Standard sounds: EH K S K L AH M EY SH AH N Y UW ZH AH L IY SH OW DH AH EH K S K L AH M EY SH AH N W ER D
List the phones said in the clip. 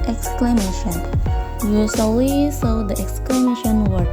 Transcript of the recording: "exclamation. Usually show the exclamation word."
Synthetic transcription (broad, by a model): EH K S K L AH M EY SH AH N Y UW S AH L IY S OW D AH EH K S K L AH M EY SH AH N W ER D